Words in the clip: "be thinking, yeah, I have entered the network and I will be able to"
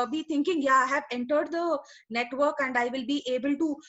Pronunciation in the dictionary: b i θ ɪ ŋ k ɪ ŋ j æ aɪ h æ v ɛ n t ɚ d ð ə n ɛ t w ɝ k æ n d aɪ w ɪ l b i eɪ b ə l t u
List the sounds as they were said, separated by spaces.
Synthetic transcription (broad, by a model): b i t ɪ ŋ k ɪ ŋ j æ aɪ h æ v ɛ n t ɚ d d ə n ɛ t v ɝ k æ n d aɪ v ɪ l b i eɪ b ə l t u